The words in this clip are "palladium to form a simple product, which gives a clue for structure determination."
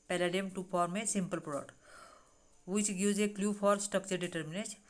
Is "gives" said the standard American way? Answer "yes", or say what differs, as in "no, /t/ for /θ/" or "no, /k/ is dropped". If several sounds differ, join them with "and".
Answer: no, /v/ is dropped